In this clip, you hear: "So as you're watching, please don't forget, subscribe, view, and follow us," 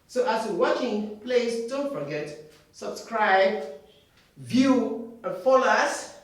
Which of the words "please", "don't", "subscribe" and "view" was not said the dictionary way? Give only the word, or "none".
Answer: please